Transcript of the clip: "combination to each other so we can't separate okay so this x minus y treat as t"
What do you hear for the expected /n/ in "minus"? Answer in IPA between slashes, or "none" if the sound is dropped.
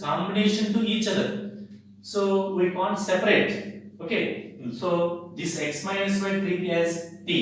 none